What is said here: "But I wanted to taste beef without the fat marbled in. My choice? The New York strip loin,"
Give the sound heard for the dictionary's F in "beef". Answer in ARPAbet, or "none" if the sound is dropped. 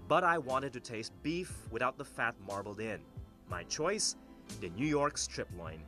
F